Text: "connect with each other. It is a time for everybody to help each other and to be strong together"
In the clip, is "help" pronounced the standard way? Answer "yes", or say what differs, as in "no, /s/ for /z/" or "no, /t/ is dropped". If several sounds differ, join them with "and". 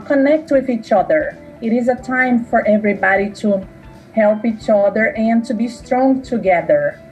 yes